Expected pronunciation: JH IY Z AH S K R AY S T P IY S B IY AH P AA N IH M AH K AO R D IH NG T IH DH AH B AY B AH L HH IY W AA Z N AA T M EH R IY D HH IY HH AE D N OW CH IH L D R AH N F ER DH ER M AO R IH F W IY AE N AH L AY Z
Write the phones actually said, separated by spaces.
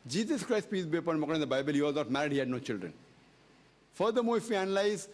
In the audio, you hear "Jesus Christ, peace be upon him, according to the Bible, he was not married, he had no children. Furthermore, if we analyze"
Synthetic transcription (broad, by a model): JH IY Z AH S K R AY S T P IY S B IY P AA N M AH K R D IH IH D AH B AY B AH L HH IY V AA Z N AA T M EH R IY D HH IY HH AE D N OW CH IH L D R AH N F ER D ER M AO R IH F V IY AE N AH L AY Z